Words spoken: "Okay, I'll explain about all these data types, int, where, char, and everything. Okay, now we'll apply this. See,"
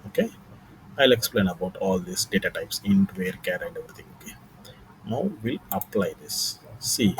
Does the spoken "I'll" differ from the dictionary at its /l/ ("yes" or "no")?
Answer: no